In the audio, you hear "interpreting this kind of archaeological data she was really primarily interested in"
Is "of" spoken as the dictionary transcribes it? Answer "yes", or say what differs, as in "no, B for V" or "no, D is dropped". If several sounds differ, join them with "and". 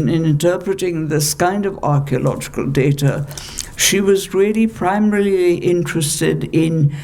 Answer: yes